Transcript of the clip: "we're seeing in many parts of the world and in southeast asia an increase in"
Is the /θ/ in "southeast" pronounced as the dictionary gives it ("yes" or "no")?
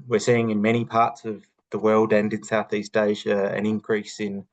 yes